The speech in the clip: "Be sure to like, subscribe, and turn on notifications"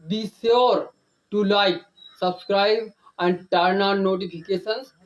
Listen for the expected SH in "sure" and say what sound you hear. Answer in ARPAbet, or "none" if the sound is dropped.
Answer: S